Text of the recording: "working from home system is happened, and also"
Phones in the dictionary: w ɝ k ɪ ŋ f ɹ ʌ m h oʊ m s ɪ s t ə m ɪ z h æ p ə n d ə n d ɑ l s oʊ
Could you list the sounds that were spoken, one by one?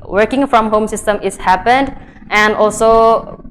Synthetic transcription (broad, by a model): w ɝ k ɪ ŋ f ɹ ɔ m h oʊ m s ɪ s t ə m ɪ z h æ p ə n d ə n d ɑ l s oʊ